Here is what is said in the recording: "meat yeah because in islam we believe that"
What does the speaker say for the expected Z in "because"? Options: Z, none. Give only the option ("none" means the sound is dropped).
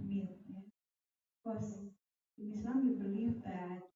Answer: none